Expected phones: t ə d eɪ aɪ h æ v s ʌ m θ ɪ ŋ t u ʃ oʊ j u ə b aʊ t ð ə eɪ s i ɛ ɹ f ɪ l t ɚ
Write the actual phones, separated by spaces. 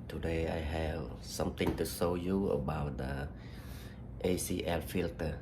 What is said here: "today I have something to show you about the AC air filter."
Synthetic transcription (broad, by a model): t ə d eɪ aɪ h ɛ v s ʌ m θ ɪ ŋ t u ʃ oʊ j u ə b aʊ t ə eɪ s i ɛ l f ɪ l t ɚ